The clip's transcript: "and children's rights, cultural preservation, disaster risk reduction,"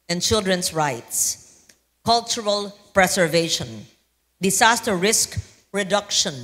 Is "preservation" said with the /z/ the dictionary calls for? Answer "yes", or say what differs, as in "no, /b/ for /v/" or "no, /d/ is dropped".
no, /s/ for /z/